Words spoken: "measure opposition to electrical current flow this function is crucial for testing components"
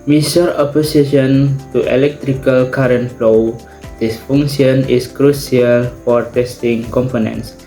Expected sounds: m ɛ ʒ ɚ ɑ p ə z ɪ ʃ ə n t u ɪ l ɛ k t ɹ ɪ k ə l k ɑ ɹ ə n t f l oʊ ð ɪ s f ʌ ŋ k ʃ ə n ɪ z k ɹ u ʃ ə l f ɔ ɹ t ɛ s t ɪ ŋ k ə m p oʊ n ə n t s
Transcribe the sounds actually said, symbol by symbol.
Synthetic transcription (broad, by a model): m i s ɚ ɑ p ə s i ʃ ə n t u ɪ l ɛ k t ɹ ɪ k ə l k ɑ ɹ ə n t f l oʊ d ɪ s f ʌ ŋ ʃ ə n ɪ s k ɹ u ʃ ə l f ɔ ɹ t ɛ s t ɪ ŋ k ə m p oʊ n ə n s